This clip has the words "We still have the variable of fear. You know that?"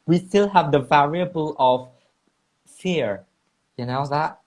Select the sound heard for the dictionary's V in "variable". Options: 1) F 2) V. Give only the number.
2